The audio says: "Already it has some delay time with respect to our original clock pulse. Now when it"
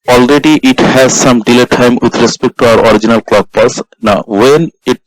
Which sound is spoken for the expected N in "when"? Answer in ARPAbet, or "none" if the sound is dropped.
N